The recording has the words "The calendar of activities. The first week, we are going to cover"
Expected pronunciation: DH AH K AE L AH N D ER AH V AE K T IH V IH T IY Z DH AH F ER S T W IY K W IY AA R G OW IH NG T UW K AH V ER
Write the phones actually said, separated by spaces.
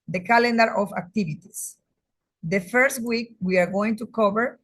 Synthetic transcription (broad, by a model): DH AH K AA L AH N D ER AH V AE K T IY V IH T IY S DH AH F ER S T W IY K W IY AA R G OW IH NG T UW K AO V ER